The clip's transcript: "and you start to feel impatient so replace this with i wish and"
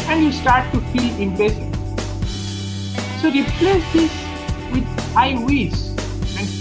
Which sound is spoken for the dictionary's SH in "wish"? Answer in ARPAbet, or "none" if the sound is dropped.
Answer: S